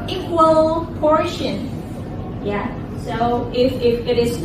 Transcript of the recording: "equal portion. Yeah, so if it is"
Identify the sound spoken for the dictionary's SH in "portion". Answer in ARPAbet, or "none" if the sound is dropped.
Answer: SH